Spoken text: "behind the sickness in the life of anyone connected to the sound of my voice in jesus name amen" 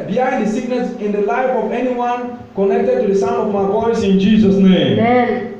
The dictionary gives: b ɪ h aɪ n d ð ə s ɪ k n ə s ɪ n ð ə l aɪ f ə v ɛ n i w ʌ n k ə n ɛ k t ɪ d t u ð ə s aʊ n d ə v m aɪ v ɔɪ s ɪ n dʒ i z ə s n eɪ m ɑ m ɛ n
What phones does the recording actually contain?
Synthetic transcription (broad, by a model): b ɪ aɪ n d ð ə s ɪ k n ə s ɪ n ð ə l aɪ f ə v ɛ n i w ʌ n k ə n ɛ k t ɪ d t u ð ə s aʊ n ə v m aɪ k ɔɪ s ɪ n dʒ i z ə s n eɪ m m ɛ